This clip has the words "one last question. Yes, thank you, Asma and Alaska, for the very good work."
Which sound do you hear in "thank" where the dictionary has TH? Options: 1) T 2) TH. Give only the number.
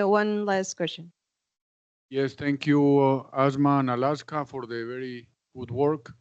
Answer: 1